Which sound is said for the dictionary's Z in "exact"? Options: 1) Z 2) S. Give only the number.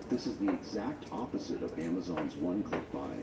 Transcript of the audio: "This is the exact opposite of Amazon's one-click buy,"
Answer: 1